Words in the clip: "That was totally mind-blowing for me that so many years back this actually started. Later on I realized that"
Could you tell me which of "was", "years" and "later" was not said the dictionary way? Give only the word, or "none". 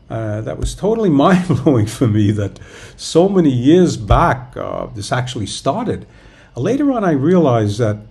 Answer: none